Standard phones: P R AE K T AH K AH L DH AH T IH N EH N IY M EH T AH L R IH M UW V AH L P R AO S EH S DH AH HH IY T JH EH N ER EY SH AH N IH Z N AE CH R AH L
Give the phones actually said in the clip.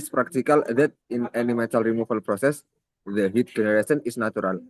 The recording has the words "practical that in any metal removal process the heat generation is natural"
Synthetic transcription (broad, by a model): P R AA K T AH K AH L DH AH T IH N EH N IY M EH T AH L R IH M UW F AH L P R AO S EH S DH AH HH IY T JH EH N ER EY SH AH N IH S N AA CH R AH L